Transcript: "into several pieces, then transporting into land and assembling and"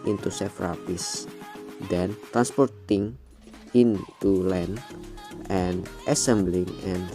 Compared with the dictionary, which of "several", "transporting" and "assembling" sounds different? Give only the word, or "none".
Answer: several